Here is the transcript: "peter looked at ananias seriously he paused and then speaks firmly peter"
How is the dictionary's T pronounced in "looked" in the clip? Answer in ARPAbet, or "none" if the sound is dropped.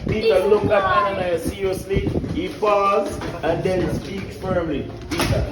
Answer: none